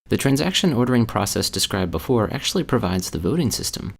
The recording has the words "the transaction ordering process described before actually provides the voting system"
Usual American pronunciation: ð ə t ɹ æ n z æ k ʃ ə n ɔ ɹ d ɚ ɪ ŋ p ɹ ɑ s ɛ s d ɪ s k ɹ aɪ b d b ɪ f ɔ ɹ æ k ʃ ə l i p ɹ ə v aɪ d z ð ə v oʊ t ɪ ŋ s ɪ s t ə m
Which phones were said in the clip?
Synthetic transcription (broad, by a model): ð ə t ɹ æ n z æ k ʃ ə n ɔ ɹ d ɚ ɪ ŋ p ɹ ɑ s ɛ s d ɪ s k ɹ aɪ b b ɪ f ɔ ɹ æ k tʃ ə l i p ɹ ə v aɪ d z ð ə v oʊ t ɪ ŋ s ɪ s t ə m